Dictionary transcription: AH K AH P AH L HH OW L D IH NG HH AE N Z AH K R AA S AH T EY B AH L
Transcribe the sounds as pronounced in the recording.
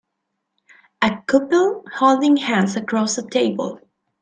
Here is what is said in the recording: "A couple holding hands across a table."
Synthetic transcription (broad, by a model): AH K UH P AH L HH OW L D IH NG HH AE N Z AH K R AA S AH T EY B AH L